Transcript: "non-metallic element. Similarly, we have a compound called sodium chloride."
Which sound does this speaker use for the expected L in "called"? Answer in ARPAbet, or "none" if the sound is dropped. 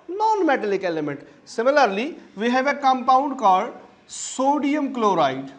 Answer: none